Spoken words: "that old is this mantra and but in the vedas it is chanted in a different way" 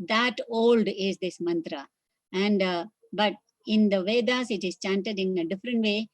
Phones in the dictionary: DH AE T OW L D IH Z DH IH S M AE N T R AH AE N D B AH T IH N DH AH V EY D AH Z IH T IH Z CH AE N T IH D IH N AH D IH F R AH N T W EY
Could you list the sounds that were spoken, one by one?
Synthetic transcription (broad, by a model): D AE T OW L D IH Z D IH S M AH N T R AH AE N D B AH T IH N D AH V EY D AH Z IH T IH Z CH AE N T IH D IH N AH D IH F R AH N T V EY